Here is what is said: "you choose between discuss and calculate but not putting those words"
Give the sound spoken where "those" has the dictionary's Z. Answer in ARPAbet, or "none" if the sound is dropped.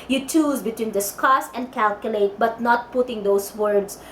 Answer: S